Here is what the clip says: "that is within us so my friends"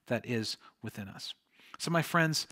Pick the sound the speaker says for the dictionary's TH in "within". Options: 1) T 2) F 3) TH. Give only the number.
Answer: 3